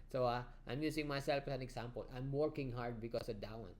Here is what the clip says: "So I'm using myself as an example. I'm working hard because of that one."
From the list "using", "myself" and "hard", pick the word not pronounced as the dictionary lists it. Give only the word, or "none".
using